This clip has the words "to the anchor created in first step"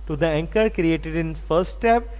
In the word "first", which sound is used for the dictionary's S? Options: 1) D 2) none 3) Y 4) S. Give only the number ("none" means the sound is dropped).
2